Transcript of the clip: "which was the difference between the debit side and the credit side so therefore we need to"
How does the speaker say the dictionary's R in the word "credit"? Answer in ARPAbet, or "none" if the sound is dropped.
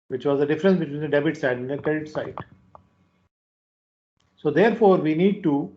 none